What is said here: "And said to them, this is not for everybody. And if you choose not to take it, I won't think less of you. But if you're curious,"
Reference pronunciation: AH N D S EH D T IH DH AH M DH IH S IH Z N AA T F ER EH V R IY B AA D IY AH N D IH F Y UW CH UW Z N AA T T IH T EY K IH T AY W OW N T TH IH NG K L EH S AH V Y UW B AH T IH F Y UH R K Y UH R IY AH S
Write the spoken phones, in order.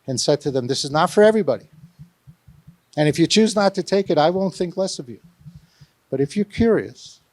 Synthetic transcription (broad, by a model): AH N S EH D T IH DH AH M DH IH S IH Z N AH T F ER EH V R IY B AA D IY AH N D IH F Y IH CH UW Z N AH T T IH T EY K IH T AY W OW N TH IH NG K L EH S AH V Y UW B AH T IH F Y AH R K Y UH R IY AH S